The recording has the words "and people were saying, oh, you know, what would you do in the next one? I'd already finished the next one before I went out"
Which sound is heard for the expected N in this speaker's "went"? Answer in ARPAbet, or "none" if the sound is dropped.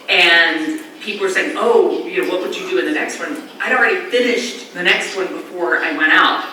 none